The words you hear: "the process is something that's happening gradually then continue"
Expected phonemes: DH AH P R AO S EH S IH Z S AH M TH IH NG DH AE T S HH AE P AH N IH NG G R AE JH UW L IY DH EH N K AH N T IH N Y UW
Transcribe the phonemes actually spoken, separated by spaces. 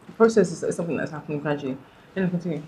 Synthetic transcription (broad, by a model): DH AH P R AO S EH S IH Z S AH M TH IH NG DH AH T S HH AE P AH N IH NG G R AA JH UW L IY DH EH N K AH N T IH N Y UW